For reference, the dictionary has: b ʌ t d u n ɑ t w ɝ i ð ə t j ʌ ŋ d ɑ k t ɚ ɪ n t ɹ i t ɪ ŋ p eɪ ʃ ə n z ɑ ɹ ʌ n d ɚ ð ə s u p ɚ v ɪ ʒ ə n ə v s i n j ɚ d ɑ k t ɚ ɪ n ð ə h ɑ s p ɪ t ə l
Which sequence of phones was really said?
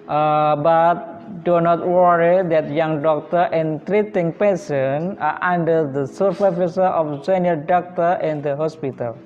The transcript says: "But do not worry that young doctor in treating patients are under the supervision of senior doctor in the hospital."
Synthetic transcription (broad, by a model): b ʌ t d u n ɑ t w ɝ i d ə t j ʌ ŋ d ɑ k t ɚ ɪ n t ɹ i t ɪ ŋ p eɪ s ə n ɑ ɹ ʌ n d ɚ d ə s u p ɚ f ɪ s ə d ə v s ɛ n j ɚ d ɑ k t ɚ ɪ n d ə h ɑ s p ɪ t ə l